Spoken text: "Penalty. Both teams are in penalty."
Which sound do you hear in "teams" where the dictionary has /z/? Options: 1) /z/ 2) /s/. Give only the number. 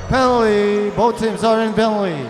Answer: 2